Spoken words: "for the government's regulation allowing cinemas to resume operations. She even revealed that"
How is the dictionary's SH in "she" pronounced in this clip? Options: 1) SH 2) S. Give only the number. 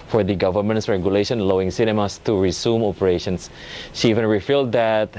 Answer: 1